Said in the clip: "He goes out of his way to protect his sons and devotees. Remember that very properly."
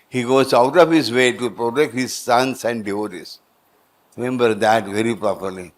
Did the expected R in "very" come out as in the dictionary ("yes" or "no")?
yes